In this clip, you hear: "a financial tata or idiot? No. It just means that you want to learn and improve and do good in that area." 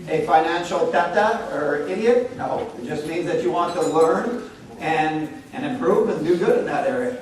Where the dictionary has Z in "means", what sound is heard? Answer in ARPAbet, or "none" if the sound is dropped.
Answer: Z